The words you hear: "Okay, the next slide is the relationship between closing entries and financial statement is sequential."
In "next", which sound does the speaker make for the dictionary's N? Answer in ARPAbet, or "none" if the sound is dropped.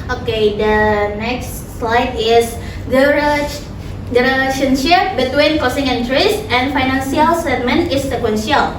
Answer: N